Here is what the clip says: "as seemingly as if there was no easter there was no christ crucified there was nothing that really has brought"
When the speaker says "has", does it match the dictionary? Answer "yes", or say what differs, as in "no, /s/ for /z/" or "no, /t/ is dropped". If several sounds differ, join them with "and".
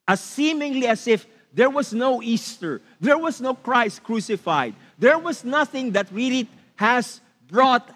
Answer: no, /s/ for /z/